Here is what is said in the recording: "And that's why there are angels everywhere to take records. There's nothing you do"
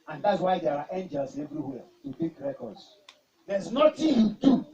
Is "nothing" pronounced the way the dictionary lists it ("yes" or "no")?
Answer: no